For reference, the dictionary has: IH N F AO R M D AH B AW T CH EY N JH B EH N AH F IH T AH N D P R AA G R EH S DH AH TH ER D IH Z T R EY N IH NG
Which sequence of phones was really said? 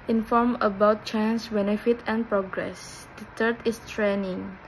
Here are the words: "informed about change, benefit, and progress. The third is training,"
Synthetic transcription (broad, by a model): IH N F AO R M AH B AW T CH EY N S B EH N AH F IH T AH N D P R AA G R EH S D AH T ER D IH S T R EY N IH NG